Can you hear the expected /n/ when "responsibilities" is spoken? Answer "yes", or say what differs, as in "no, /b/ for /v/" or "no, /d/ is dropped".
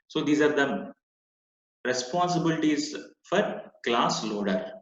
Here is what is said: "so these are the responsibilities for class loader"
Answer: yes